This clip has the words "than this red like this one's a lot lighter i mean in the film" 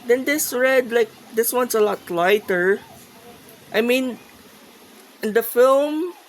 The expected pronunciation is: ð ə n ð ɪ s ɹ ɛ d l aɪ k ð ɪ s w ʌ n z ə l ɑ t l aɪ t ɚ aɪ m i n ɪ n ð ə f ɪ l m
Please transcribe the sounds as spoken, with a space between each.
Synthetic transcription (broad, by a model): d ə n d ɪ s ɹ ɛ d l aɪ k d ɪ s w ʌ n s ə l ɑ t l aɪ t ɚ aɪ m i n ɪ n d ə f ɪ l m